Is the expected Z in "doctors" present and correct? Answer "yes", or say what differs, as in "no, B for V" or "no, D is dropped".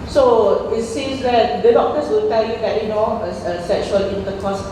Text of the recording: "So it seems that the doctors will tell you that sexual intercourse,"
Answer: no, S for Z